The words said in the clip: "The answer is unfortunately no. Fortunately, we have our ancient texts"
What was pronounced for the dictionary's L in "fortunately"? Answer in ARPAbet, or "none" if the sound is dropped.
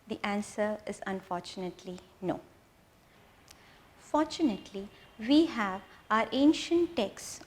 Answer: L